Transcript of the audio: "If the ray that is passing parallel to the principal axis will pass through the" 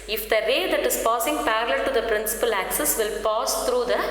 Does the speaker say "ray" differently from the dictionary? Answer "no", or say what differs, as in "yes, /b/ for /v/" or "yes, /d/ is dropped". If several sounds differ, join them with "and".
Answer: no